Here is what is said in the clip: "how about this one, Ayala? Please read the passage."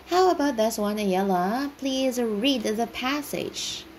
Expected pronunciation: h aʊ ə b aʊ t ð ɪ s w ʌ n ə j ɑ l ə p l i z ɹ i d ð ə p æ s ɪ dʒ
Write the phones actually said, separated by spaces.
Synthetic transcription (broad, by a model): h aʊ ə b aʊ t ð ɪ s w ʌ n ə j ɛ l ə p l i z ɹ i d ð ə p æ s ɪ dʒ